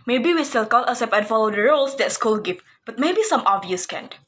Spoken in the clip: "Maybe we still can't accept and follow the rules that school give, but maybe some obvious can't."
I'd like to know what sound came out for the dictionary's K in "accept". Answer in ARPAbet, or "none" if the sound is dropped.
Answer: none